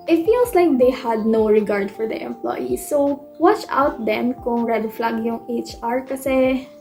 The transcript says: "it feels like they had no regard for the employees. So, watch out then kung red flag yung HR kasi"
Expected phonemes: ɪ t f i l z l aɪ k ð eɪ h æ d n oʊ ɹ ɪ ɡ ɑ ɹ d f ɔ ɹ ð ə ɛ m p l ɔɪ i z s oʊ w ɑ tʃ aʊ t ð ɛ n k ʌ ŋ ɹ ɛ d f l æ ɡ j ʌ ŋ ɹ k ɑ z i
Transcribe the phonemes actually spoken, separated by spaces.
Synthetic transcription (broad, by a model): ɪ t f i l s l aɪ k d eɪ h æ d n oʊ ɹ ɪ ɡ ɑ ɹ d f ɔ ɹ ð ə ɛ m p l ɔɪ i s oʊ w ɑ tʃ aʊ t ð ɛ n k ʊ ŋ ɹ ɛ d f l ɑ ɡ j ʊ ŋ ɹ k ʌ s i